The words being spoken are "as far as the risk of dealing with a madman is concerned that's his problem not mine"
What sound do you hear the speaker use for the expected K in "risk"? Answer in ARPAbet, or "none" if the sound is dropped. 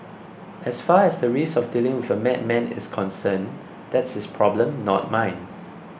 none